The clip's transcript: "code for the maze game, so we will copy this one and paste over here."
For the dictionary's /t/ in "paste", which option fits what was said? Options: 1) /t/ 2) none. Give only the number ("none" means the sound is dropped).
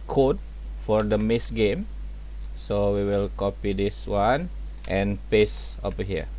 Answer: 2